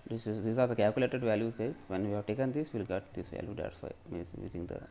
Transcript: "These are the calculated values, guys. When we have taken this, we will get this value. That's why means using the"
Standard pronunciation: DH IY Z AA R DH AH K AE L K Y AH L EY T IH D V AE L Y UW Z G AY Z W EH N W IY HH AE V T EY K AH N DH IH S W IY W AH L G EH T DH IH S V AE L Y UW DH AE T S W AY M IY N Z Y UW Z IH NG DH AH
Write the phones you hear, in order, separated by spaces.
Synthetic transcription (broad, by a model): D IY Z AA R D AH K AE L K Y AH L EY T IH D V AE L Y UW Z G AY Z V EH N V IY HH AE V T EY K AH N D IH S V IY L G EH T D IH S V AE L Y UW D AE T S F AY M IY Z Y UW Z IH NG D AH